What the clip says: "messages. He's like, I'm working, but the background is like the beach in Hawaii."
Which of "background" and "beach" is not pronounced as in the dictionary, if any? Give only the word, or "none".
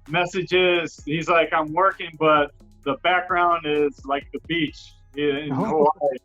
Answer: none